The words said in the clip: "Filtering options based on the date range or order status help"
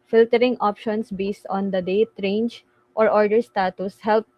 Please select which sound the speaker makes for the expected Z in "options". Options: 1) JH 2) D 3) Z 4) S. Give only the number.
4